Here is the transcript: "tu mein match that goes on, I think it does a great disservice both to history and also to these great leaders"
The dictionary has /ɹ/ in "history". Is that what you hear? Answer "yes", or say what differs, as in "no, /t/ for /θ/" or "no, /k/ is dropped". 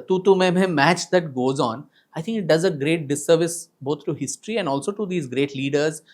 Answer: yes